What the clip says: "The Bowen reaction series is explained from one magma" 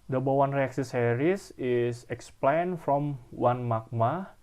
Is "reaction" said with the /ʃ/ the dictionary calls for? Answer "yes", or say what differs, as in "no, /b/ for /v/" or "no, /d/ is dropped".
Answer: no, /s/ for /ʃ/